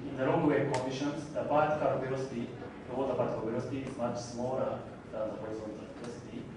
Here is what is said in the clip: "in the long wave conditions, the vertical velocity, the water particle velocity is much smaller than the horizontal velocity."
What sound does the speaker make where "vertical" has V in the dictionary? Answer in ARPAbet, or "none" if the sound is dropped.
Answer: P